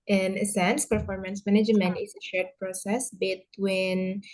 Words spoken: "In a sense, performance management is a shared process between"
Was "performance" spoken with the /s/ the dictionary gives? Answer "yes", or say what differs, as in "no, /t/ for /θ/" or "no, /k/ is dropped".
yes